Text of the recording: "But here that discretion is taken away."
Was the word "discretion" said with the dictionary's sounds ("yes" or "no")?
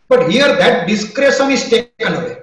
no